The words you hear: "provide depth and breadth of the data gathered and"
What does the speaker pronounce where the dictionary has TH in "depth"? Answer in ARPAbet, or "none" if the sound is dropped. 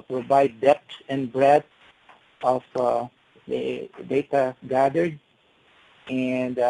S